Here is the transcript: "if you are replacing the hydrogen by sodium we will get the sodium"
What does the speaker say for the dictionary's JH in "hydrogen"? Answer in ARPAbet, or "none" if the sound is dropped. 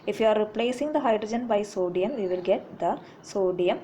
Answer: JH